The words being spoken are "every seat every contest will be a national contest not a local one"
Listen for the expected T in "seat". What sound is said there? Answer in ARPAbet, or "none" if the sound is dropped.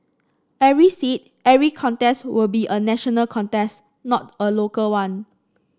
T